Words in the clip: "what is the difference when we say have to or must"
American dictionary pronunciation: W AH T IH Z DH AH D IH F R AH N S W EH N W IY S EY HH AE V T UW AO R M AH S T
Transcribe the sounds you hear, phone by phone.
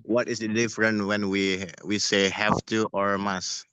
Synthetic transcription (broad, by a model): W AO T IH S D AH D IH F R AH N W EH N W IY S EY HH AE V T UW AO R M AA S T